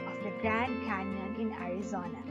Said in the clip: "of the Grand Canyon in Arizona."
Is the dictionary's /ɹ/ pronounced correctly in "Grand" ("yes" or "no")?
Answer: yes